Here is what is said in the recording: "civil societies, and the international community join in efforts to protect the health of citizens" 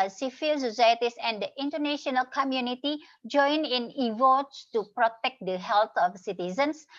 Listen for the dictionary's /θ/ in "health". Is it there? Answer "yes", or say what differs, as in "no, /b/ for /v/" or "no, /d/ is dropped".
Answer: no, /t/ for /θ/